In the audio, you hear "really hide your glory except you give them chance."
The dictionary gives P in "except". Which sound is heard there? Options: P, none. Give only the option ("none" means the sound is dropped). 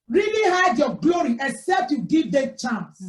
P